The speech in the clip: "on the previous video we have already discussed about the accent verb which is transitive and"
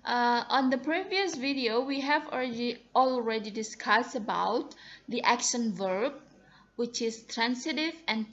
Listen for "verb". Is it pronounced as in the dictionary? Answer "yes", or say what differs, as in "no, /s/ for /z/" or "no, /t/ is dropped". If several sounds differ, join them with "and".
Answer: yes